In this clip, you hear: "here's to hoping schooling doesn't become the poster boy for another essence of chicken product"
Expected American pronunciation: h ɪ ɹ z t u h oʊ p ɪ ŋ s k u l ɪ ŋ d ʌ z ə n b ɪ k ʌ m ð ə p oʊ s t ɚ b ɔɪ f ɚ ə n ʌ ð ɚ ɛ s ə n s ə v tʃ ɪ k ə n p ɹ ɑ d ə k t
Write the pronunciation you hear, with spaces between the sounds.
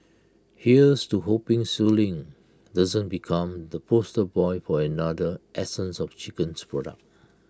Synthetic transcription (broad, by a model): h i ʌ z t u h oʊ p ɪ ŋ s u l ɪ ŋ d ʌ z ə n b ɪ k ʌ m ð ə p oʊ s t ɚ b ɔɪ f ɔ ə n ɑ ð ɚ ɛ s ə n s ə f tʃ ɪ k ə n p ɹ ɑ d ə k t